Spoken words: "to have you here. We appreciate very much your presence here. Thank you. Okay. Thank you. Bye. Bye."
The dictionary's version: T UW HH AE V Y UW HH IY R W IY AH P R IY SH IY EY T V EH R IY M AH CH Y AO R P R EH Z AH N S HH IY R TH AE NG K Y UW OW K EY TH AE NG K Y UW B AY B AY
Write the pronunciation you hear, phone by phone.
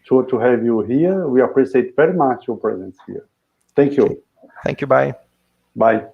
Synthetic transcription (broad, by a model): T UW HH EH V Y UW HH IY R W IY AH P R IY S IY EY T V EH R IY M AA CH Y AO R P R EH Z AH N S HH IY R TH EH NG K Y UW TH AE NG K Y UW B AY B AY